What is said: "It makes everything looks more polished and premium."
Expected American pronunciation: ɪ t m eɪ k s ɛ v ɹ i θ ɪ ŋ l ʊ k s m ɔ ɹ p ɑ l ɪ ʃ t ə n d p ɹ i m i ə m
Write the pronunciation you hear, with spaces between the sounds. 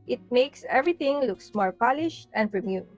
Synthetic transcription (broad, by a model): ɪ t m eɪ k s ɛ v ɹ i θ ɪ ŋ l ʊ k s m ɔ ɹ p ɑ l ɪ ʃ t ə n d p ɹ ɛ m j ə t